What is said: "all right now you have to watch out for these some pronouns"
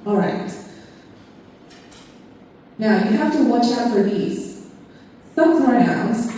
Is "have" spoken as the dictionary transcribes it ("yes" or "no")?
no